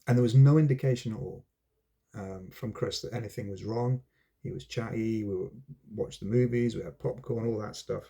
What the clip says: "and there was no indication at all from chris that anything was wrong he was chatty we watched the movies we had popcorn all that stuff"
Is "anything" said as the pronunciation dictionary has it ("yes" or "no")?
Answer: yes